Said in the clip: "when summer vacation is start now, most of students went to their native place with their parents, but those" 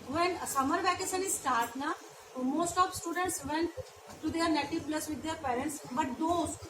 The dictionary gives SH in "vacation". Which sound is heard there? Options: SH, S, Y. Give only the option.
S